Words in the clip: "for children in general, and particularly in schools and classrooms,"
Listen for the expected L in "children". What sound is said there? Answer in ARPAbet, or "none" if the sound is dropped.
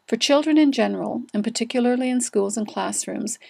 L